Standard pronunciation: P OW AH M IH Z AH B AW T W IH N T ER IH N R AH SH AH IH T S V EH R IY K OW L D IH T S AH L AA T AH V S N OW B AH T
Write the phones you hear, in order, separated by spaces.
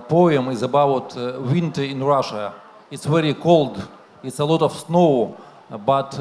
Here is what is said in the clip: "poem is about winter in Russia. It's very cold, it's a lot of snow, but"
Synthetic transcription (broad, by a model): P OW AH M IH Z AH B AW T W IH N T ER IH N R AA SH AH IH T S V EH R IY K OW L D IH T S AH L AA T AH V S N OW B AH T